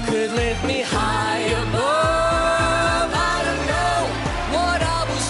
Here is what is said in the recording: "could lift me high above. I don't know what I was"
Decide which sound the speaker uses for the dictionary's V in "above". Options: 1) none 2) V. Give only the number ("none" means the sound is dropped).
1